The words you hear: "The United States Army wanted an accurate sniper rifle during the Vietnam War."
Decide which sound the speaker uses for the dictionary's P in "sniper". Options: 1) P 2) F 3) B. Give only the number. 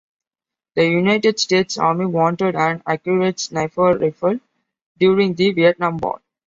2